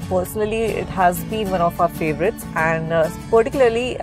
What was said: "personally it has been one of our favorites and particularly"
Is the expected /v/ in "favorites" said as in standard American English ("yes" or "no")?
yes